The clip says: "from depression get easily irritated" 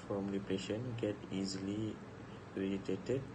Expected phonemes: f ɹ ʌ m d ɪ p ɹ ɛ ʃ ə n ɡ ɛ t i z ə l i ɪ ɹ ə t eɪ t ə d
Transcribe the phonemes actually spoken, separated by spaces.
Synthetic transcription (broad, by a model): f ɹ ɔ m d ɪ p ɛ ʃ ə n ɡ ɛ t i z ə l i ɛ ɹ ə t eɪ t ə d